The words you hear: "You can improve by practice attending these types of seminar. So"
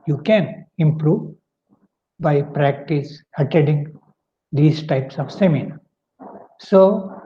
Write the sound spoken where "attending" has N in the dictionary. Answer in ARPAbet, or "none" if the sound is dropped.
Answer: none